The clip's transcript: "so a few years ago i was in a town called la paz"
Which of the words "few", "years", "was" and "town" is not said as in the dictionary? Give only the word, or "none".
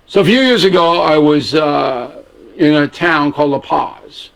none